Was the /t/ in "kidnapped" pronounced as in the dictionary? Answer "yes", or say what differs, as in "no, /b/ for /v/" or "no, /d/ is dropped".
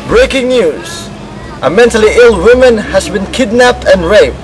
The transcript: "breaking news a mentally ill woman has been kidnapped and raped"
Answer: yes